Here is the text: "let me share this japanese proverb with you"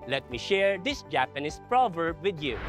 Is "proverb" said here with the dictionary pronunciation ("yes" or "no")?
yes